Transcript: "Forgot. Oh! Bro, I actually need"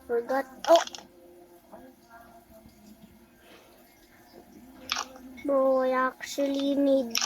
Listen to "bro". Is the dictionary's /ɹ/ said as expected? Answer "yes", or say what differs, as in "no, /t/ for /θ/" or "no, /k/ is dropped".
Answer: no, /ɹ/ is dropped